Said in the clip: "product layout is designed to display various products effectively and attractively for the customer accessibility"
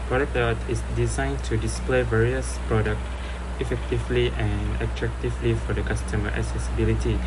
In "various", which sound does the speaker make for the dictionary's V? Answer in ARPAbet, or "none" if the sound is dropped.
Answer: V